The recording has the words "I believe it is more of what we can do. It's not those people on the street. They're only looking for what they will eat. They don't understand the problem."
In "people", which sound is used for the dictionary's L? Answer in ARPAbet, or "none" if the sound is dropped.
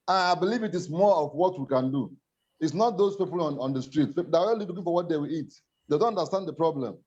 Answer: N